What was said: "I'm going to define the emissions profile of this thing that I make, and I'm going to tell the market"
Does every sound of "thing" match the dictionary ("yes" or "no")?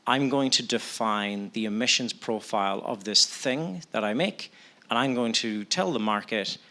yes